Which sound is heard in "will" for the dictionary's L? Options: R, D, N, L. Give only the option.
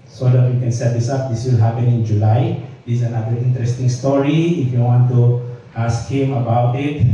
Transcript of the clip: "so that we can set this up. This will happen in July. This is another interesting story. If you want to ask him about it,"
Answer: L